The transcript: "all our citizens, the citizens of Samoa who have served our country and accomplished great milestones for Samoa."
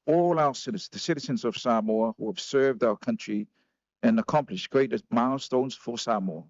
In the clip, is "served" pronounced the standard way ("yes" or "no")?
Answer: yes